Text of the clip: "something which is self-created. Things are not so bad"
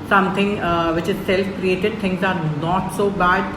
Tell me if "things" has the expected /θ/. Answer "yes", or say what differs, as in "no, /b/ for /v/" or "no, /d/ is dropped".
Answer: no, /t/ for /θ/